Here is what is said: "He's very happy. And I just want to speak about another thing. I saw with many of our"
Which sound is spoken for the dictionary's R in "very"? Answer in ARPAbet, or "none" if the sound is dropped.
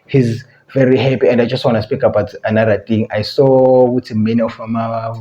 R